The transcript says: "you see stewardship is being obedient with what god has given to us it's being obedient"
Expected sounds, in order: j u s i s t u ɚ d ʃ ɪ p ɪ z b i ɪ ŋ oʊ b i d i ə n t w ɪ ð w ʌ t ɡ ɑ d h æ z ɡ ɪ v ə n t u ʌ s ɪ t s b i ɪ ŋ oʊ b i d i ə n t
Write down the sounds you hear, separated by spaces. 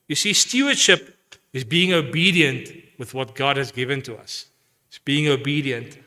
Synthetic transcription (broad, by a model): j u s i s t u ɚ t ʃ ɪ p ɪ z b i ɪ ŋ oʊ b i d i ə n t w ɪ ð w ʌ t ɡ ɑ d h æ z ɡ ɪ v ə n t u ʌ s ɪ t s b i ɪ ŋ oʊ b i d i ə n t